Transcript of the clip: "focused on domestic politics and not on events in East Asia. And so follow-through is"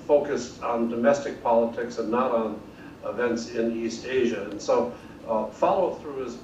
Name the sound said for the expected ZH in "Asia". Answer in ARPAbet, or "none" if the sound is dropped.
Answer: ZH